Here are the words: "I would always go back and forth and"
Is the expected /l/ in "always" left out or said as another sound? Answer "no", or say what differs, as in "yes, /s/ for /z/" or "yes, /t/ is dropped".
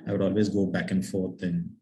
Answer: no